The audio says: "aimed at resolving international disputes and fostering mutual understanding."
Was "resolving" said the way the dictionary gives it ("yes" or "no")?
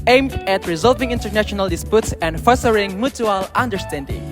yes